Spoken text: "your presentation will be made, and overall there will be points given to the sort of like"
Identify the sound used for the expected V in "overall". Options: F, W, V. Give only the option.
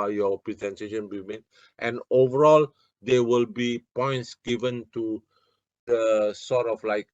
V